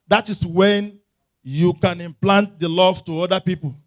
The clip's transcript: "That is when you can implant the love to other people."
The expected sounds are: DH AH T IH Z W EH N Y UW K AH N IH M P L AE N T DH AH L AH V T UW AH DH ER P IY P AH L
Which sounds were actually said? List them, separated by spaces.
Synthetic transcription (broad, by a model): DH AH T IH S W EH N Y UW K AH N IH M P L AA N T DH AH L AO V T UW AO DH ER P IY P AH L